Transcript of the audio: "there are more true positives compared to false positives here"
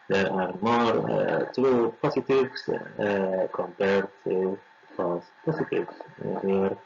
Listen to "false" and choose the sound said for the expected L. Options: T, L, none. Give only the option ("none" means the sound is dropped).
none